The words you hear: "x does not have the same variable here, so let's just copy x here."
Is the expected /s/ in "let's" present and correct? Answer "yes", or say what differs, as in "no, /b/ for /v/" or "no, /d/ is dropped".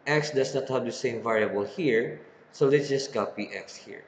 no, /s/ is dropped